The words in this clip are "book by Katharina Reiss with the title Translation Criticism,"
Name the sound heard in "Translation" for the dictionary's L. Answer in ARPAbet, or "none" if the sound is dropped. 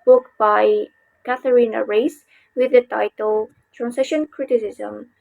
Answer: none